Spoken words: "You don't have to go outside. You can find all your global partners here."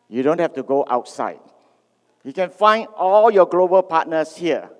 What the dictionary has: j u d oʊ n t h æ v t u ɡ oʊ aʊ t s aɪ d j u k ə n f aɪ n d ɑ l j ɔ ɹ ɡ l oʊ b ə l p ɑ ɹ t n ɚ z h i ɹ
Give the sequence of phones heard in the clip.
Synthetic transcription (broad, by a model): j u d oʊ n t h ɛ f t u ɡ oʊ aʊ t s aɪ d j u k ə n f aɪ n d ɑ l j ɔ ɡ l oʊ b ə l p ɑ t n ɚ s h i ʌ